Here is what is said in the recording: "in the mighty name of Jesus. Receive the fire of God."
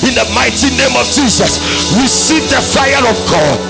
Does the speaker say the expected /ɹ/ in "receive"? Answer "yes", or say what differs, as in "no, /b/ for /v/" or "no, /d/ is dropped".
no, /w/ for /ɹ/